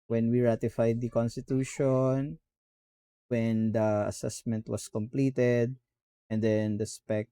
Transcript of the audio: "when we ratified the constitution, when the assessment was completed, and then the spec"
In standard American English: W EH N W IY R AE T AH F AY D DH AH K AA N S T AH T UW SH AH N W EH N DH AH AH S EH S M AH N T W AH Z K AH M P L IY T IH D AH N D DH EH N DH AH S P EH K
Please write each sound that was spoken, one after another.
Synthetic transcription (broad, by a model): W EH N W IY R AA T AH F AY D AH K AA N S T AH T UW SH AH N W EH N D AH AH S EH S M AH N T W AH S K AH M P L IY T IH D AH N D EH N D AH S P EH K